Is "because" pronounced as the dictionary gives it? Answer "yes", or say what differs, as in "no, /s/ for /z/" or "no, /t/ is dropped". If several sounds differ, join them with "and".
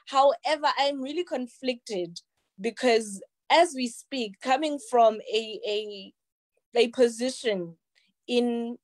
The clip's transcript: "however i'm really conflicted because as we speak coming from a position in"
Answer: yes